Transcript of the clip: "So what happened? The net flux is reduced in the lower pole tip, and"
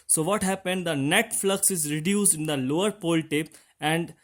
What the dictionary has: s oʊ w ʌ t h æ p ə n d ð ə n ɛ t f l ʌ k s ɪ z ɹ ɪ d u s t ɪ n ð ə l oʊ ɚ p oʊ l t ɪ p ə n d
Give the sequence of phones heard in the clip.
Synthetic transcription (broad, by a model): s oʊ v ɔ t h æ p ə n d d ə n ɛ t f l ʌ k s ɪ z ɹ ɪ d u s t ɪ n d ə l oʊ ɚ p oʊ l t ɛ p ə n d